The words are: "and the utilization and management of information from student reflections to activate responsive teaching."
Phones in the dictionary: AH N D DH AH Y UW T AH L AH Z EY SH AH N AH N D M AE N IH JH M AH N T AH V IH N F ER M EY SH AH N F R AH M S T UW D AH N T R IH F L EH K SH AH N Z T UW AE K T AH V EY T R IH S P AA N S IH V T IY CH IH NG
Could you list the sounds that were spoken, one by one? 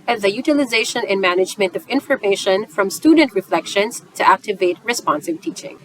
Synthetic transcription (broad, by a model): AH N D DH AH Y UW T AH L AH Z EY SH AH N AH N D M AE N IH JH M AH N T AH V IH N F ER M EY SH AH N F R AH M S T UW D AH N T R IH F L EH K SH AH N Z T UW AE K T AH V EY T R IH S P AA N S IH V T IY CH IH NG